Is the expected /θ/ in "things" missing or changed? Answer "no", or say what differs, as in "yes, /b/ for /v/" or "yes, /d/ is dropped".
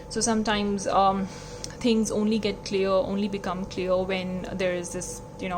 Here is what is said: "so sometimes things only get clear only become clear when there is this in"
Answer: yes, /t/ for /θ/